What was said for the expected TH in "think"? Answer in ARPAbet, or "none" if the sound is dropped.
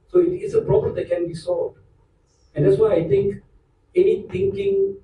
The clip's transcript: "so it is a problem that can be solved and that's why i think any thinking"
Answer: T